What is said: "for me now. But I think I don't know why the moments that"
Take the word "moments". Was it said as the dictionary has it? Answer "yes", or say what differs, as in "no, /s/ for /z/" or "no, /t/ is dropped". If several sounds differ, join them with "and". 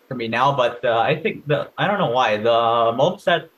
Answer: no, /m/ is dropped and /n/ is dropped